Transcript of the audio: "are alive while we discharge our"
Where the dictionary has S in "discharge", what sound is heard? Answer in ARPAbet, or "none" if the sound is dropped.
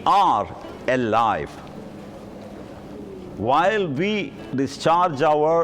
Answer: S